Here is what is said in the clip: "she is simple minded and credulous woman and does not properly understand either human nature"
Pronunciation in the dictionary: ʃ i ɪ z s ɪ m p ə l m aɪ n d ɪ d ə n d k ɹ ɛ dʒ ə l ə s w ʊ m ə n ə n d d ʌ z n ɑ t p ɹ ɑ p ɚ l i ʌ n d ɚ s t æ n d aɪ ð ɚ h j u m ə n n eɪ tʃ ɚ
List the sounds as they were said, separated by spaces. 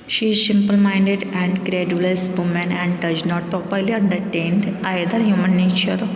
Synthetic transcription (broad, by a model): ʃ i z s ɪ m p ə l m aɪ n d ɪ d ə n d k ɹ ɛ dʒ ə l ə s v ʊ m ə n ə n d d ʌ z n ɑ t p ɹ ɑ p ɚ l i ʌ n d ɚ t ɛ n d aɪ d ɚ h j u m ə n n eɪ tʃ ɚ